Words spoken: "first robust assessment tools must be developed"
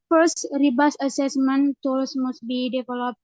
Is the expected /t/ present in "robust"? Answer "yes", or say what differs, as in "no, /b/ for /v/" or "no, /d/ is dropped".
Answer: no, /t/ is dropped